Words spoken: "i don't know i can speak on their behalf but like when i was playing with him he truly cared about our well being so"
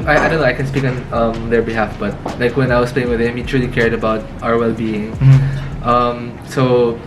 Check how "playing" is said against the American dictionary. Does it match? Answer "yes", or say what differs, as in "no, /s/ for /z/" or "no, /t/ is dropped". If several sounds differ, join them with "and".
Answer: yes